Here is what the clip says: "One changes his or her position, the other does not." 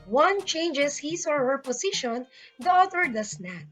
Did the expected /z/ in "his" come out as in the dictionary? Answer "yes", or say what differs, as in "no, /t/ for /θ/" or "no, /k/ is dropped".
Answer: no, /s/ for /z/